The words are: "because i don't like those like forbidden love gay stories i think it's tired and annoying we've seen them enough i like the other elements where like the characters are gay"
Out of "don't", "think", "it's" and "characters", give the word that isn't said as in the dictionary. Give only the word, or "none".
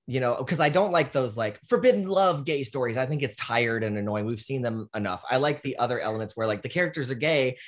none